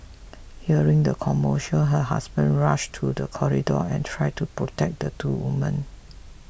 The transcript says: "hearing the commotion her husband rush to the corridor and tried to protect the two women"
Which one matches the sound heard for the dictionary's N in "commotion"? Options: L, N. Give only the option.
L